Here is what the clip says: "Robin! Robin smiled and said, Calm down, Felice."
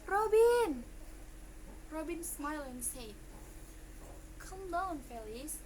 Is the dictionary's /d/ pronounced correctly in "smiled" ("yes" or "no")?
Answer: no